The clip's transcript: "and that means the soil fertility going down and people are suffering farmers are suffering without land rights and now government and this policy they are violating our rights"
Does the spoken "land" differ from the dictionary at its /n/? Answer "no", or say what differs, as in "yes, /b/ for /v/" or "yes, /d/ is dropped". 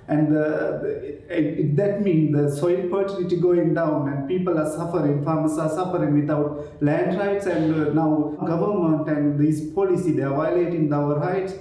no